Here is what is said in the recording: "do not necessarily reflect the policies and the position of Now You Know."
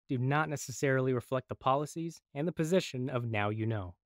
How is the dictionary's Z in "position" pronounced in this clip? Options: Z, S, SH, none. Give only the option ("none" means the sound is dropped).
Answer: Z